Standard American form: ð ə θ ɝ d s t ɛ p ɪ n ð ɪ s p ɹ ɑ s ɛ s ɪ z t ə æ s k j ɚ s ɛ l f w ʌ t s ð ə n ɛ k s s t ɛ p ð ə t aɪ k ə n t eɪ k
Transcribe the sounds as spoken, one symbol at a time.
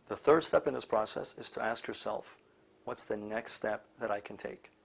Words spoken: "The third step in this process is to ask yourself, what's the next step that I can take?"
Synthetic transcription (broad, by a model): ð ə θ ɝ d s t ɛ p ɪ n ð ɪ s p ɹ ɑ s ɛ s ɪ z t ə æ s k j ɚ s ɛ l f w ʌ t s ð ə n ɛ k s s t ɛ p ð ə t aɪ k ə n t eɪ k